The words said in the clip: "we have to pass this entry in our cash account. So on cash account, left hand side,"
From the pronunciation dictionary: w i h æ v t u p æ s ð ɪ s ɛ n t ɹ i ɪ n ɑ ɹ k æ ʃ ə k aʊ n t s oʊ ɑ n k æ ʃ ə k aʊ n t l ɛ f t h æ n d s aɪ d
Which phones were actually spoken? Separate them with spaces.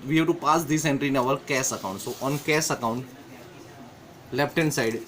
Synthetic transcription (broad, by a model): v i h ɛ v t u p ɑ s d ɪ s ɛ n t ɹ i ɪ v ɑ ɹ k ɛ s ə k aʊ n t s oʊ ɑ n k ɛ s ə k aʊ n t l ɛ p t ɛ n s aɪ d